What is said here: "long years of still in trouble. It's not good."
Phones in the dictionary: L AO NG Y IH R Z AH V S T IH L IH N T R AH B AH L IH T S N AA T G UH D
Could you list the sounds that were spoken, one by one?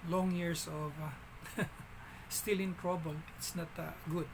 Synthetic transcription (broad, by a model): L AO NG Y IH R S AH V S T IH L IH N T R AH B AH L IH T S N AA T G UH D